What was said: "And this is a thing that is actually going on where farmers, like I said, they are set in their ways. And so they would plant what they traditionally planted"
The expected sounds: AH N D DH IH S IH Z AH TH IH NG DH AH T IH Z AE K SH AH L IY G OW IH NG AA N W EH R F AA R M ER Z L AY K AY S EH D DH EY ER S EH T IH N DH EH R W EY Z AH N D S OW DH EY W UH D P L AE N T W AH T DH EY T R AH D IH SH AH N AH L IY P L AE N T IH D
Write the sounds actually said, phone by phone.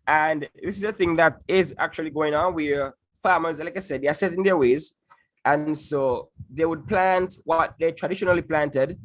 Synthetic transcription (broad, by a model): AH N DH IH S IH Z AH TH IH NG DH AH T IH Z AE K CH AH L IY G OW IH NG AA N W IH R F AA R M ER Z L AY K AY S EH D DH EY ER S EH T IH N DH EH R W EY Z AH N S OW DH EY W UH D P L AE N T W AH T DH EY T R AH D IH SH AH N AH L IY P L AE N T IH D